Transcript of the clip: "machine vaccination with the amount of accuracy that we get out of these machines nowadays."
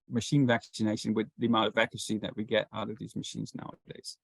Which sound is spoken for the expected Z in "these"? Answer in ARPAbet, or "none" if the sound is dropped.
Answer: Z